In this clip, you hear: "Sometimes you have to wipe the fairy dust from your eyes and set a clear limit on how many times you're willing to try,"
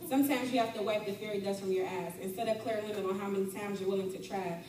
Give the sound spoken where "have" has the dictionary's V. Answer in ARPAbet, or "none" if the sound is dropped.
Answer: F